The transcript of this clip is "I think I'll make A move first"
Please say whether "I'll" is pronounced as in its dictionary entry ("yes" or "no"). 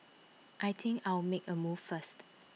no